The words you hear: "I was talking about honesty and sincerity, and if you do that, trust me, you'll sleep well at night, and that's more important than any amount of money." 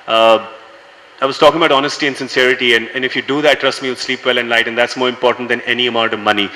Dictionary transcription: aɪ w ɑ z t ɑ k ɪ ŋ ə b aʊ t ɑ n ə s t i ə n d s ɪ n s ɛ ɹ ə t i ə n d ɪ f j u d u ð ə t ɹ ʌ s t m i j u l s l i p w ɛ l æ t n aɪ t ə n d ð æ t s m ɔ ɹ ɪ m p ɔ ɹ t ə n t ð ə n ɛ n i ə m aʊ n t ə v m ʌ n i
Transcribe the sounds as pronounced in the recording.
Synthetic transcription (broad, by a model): aɪ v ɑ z t ɑ k ɪ ŋ ə b aʊ t ɑ n ə s t i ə n s ɪ n s ɛ ɹ ə t i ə n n ɪ f j u d u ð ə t ɹ ʌ s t m i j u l s l i p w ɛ l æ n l aɪ t ə n d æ t s m ɔ ɹ ɪ m p ɔ ɹ t ə n t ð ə n ɛ n i ə m aʊ n t ə v m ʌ n i